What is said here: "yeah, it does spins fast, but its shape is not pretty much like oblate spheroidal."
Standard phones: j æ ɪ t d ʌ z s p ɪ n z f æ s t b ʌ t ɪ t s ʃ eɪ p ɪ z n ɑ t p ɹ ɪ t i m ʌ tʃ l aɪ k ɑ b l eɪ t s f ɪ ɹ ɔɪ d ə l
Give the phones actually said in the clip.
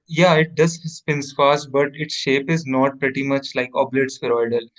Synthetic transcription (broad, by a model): j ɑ ɪ t d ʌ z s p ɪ n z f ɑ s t b ʌ t ɪ t s ʃ eɪ p ɪ z n ɑ t p ɹ ɪ t i m ʌ tʃ l aɪ k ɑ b l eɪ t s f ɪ ɹ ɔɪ d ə l